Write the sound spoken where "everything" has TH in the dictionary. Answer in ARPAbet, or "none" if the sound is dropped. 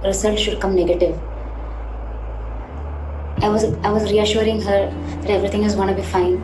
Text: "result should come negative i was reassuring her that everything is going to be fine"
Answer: T